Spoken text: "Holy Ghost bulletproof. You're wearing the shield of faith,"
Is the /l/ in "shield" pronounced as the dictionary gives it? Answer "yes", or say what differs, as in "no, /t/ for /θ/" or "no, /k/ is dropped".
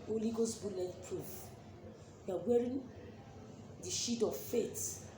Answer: no, /l/ is dropped